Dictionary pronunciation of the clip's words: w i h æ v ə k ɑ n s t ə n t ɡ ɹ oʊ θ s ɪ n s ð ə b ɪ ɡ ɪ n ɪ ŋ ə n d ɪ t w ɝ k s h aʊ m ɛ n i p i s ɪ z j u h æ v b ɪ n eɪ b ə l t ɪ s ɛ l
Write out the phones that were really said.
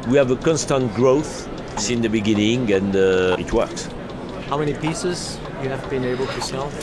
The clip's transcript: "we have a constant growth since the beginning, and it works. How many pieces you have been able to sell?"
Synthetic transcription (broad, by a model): w i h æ v ə k ɑ n s t ə n t ɡ ɹ oʊ θ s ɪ n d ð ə b ɪ ɡ ɪ n ɪ ŋ ə n d ɪ t w ɝ k s h aʊ m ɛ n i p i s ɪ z j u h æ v b ɪ n eɪ b ə l t ɪ s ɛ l